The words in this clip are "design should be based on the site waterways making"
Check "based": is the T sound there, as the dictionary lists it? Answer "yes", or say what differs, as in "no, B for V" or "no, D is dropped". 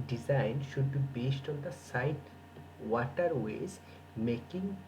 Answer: yes